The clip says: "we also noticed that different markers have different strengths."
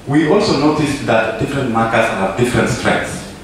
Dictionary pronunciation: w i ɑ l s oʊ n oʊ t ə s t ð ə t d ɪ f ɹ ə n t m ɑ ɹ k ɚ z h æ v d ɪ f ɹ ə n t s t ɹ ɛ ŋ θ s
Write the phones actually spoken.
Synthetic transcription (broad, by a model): w i ɑ l s oʊ n oʊ t ə s t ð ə t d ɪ f ɹ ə n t m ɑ k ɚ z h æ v d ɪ f ɹ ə n t s t ɹ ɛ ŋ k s